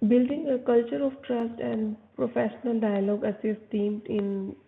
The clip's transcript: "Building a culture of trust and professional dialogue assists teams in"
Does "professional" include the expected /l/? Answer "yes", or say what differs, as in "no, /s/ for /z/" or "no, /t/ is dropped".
yes